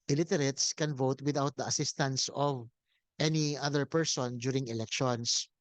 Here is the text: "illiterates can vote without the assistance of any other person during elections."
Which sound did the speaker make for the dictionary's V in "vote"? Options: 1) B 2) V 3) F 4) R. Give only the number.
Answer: 2